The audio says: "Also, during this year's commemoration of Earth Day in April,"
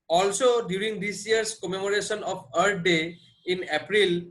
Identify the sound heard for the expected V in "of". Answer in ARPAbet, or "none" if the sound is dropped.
P